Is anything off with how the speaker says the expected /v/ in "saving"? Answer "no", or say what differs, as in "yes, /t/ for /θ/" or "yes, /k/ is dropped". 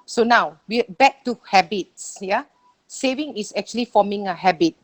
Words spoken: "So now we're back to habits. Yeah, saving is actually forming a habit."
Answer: no